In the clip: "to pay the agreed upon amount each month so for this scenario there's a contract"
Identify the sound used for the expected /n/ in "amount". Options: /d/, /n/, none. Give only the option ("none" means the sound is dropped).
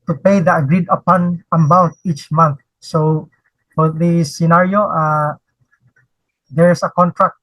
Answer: none